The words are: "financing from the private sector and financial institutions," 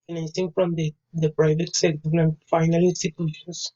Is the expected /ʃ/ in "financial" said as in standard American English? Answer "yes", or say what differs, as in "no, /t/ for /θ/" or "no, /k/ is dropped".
no, /ʃ/ is dropped